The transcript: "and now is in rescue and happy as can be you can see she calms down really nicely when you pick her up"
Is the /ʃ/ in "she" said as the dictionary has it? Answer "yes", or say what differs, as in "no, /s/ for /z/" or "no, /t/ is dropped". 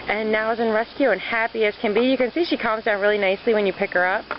yes